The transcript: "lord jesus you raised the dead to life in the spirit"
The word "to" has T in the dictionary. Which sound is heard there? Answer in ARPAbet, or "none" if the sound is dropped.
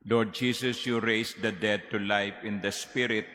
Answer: T